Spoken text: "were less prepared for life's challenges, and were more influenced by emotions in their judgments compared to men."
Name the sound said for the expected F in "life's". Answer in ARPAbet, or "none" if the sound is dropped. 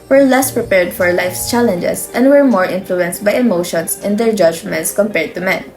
F